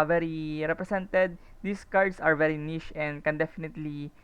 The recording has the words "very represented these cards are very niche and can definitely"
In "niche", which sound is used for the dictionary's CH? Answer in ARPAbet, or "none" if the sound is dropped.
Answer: SH